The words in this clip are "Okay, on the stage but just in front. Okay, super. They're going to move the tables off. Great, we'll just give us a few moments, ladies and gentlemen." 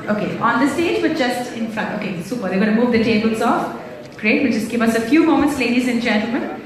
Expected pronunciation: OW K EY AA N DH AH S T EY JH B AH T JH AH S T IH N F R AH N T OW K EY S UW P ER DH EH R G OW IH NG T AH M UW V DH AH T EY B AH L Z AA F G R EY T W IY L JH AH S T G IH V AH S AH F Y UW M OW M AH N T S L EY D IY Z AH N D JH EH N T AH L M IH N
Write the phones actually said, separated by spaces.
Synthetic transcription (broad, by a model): OW K EY AA N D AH S T EY JH B AH T JH AH S T IH N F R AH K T OW K EY S UW P ER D EH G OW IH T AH M UW V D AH T EY B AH L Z AA F G R EY T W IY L JH AH S T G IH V AH S AH F Y UW M OW M AH N T S L EY D IY Z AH N JH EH N T L M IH N